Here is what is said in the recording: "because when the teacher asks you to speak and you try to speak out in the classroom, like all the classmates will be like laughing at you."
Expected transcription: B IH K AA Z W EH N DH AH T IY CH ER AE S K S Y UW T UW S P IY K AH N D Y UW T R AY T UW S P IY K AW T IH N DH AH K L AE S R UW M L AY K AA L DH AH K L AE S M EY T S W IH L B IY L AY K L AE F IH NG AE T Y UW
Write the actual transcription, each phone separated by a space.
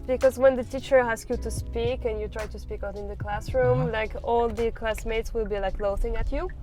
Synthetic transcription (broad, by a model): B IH K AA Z W EH N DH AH T IY CH ER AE S K Y UW T UW S P IY K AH N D Y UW T R AY T UW S P IY K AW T IH N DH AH K L AE S R UW M L AY K AA L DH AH K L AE S M EY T S W IH L B IY L AY K L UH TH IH NG AE T Y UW